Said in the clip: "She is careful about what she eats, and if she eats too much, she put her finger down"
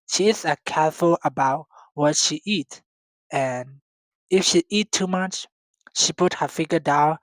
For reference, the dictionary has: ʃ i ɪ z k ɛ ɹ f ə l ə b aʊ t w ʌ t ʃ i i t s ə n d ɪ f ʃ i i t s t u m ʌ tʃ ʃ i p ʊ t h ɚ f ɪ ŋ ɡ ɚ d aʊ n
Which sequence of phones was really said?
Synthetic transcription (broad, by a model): ʃ i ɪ s k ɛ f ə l ə b aʊ t w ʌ t ʃ i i t ə n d ɪ f ʃ i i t t u m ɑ tʃ ʃ i p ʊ t h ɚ f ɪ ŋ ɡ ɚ d aʊ n